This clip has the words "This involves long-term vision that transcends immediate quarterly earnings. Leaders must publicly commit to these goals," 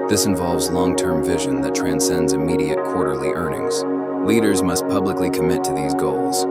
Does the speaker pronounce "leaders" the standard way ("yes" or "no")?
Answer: yes